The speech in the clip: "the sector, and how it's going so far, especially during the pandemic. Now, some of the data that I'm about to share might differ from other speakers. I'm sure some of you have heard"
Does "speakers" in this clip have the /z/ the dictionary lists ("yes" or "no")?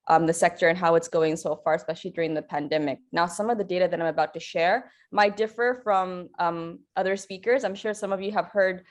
yes